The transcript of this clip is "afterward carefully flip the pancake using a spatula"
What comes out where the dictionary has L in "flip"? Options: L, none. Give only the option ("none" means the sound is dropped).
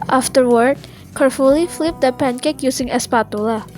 L